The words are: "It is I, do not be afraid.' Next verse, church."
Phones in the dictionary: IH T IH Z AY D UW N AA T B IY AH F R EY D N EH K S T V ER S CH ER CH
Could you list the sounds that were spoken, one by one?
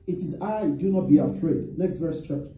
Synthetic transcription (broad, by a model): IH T IH Z AY D UW N AA T B IY AH F R EY D N EH K S T V ER S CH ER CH